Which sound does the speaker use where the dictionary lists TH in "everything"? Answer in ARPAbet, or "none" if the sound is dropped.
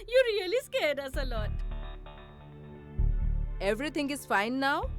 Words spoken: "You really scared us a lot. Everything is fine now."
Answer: T